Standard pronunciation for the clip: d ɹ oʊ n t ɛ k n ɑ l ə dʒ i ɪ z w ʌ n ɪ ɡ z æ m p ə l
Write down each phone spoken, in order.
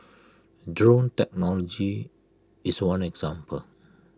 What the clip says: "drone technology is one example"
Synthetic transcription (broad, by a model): d ɹ oʊ n t ɛ k n ɑ l ə dʒ i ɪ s w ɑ n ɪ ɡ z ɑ m p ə l